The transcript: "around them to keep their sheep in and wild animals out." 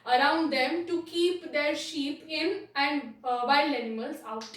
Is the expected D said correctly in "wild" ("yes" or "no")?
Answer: no